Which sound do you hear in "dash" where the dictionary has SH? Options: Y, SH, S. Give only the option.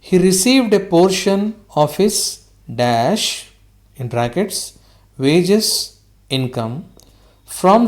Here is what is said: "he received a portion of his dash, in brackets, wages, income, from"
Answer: SH